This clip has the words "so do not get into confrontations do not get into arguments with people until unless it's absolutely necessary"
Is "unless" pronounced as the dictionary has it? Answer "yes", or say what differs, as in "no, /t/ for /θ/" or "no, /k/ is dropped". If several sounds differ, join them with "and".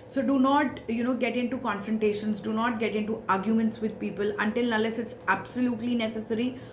no, /n/ is dropped